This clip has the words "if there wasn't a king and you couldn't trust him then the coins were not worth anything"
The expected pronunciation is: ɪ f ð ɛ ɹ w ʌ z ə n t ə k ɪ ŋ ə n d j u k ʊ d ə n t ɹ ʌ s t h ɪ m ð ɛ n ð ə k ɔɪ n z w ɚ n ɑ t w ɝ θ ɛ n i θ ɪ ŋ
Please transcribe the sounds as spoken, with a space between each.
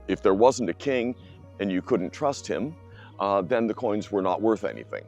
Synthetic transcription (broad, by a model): ɪ f ð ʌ ɹ w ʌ z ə n t ə k ɪ ŋ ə n j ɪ k ʊ d n t ɹ ʌ s t h ɪ m ð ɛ n ð ə k ɔɪ n z w ɚ n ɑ t w ɝ θ ɛ n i θ ɪ ŋ